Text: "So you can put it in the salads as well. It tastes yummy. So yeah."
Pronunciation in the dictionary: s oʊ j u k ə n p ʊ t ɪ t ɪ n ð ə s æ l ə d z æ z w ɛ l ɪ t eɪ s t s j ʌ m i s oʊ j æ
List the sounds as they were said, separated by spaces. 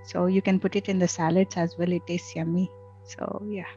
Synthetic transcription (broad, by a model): s oʊ j u k ə n p ʊ t ɪ t ɪ n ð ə s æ l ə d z æ z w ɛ l ɪ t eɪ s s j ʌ m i s oʊ j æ